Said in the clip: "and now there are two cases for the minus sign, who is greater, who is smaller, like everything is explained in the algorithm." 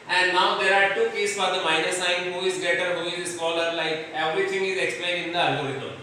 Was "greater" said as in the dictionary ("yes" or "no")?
no